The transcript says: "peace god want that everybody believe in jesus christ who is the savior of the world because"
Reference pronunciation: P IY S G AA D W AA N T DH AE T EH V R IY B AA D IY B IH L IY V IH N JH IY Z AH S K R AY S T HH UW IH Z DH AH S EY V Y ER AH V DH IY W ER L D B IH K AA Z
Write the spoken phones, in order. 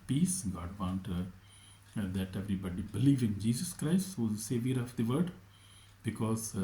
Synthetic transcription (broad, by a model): P IY S G AA D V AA N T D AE T EH V R IY B AA D IY B IH L IY V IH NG JH IY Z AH S K R AY S T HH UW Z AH S EY V Y ER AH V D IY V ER D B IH K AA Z